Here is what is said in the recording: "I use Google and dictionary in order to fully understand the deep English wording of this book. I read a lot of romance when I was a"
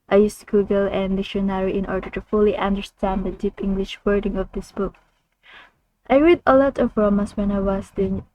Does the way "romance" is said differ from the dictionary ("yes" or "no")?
yes